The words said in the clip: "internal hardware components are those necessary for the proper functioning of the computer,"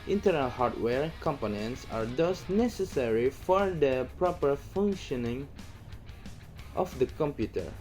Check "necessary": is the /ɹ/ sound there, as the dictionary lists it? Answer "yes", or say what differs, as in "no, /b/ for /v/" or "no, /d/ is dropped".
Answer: yes